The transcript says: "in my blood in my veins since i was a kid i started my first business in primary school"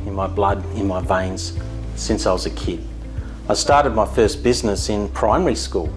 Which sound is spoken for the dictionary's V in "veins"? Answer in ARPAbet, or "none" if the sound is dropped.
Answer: V